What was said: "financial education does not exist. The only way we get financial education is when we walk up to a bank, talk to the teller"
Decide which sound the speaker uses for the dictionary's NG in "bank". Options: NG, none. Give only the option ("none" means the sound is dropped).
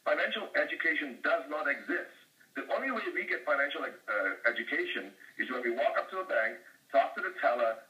NG